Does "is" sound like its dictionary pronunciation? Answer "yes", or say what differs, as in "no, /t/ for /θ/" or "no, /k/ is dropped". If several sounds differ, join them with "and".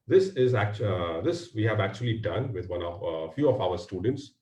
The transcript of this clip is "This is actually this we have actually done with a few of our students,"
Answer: yes